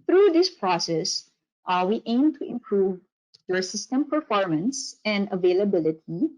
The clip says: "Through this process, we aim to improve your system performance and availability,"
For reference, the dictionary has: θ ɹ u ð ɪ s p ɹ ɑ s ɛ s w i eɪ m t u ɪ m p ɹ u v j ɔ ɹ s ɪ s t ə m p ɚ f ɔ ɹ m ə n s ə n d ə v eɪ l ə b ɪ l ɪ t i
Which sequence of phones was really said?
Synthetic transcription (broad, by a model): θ ɹ u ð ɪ s p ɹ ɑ s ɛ s w i eɪ m t u ɪ m p ɹ u v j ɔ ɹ s ɪ s t ə m p ɚ f ɔ ɹ m ə n s ə n d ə v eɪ l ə b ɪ l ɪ t i